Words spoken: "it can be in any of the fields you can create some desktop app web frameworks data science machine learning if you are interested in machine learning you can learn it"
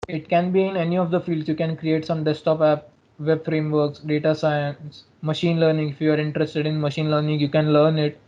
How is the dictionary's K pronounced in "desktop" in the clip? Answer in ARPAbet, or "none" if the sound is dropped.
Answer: none